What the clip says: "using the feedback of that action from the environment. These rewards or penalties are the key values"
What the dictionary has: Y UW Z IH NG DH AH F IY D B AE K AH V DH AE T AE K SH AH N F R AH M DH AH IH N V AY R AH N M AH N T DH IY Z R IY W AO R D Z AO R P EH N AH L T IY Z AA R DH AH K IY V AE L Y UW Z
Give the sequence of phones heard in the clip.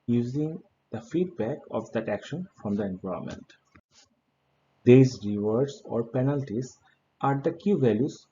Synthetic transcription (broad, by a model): Y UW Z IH NG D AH F IY D B AE K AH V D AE T AE K SH AH N F R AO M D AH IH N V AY AH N M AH N T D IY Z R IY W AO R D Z AO R P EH N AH L T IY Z AA R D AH K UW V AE L Y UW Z